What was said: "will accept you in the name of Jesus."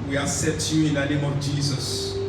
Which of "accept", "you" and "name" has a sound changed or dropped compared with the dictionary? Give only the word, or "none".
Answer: accept